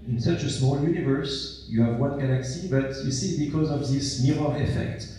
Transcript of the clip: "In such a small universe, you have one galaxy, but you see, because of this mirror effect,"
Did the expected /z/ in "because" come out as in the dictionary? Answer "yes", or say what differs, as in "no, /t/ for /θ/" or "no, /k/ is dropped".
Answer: yes